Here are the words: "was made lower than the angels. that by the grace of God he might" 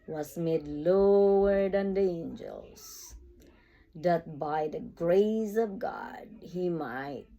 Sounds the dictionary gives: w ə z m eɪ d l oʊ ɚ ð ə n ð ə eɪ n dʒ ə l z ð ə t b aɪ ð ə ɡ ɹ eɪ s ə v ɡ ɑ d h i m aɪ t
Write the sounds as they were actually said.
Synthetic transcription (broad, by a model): w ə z m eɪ d l oʊ ɚ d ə n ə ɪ n dʒ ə l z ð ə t b aɪ ð ə ɡ ɹ eɪ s ə v ɡ ɑ d h i m aɪ t